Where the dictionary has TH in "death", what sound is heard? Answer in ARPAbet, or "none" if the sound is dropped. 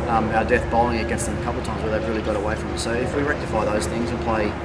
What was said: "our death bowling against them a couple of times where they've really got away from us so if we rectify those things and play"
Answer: TH